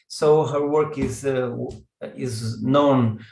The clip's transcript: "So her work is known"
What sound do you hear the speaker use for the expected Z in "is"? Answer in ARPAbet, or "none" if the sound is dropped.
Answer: Z